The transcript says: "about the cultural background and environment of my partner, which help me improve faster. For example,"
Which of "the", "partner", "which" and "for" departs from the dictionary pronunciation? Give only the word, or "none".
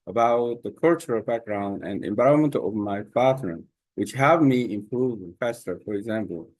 partner